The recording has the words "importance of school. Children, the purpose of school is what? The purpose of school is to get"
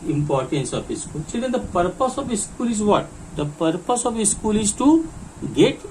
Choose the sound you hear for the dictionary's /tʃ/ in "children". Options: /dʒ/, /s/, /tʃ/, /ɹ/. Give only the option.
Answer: /s/